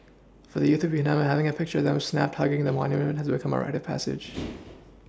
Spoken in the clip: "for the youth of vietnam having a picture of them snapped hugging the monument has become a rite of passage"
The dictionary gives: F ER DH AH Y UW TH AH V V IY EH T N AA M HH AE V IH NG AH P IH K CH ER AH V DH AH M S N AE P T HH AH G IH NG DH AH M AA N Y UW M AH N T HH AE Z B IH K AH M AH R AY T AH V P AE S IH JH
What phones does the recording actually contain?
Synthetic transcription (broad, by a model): F ER DH AH Y UW TH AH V V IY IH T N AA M HH AE V IH NG AH P IH K CH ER AH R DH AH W S N AE P T HH AH G IH NG DH AH M AA N Y UW M AH N T HH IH Z B IH K AH M AH R AY T AH V P AE S IH JH